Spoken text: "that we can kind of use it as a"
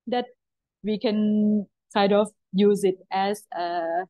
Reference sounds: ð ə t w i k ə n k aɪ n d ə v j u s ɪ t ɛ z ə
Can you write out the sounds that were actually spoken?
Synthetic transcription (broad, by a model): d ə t w i k ə n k aɪ d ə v j u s ɪ t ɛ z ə